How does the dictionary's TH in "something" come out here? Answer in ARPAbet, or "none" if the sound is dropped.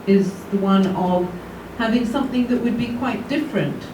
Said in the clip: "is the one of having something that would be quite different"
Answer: TH